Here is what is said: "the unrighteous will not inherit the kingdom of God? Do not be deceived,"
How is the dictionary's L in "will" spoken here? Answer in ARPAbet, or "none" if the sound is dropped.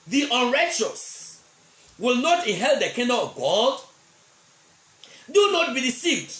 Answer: L